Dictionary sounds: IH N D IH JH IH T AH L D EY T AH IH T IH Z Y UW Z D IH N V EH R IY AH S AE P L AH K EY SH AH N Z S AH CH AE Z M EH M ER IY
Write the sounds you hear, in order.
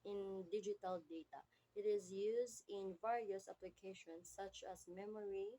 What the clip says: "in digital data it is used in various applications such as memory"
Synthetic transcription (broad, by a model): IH N D IH JH IH T AH L D EY T AH IH T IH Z Y UW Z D IH N V EH R IY AH S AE P L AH K EY SH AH N S AH CH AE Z M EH M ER IY